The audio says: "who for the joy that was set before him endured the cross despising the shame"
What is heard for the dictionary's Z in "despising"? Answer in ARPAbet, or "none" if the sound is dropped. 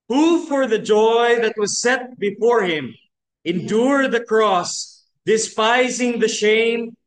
Z